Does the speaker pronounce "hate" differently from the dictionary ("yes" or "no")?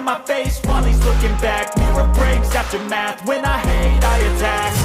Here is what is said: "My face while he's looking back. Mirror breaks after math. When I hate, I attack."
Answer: yes